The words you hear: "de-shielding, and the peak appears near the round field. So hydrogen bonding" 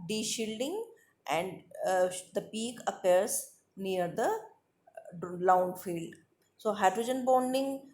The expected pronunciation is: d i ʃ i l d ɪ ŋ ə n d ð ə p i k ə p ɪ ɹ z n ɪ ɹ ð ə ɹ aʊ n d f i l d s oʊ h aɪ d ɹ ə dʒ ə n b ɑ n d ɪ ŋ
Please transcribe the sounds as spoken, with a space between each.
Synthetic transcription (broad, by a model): d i ʃ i l d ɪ ŋ ə n d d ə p i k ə p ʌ ɹ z n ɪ ɹ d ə l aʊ n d f i l d s oʊ h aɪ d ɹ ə dʒ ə n b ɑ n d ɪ ŋ